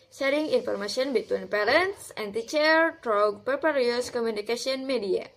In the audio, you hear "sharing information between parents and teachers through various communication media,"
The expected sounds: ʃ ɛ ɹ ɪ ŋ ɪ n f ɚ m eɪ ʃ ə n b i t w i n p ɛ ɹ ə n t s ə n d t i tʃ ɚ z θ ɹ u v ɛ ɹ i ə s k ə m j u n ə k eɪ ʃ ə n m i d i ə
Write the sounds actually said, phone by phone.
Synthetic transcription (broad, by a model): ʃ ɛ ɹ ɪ ŋ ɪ n f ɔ m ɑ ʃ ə n b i t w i n p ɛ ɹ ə n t s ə n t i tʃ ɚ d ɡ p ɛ p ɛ ɹ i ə s k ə m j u n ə k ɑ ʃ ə n m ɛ d i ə